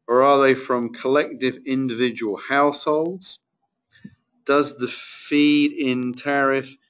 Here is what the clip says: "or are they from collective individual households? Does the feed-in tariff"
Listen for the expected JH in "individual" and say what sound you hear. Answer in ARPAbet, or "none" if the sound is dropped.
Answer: JH